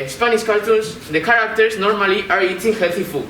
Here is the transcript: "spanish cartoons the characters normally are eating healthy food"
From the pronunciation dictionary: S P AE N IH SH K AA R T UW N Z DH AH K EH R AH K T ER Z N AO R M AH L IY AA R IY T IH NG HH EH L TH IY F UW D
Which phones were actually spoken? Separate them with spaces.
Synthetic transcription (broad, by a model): S P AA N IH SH K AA L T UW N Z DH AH K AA R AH K T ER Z N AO R M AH L IY AA R IY T IH NG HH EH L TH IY F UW